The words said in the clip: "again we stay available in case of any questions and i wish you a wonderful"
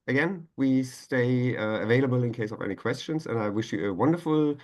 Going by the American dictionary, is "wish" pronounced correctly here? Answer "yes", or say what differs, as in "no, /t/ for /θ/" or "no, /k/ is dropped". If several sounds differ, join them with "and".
yes